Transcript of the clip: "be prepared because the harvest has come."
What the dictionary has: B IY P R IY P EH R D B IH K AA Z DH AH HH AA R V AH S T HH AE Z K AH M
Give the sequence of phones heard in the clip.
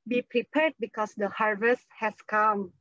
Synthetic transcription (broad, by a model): B IY P R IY P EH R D B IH K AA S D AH HH AA R V AH S T HH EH S K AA M